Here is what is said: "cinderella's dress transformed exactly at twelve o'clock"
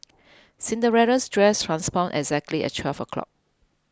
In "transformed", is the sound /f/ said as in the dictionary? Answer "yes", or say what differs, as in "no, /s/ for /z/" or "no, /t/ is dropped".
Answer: no, /p/ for /f/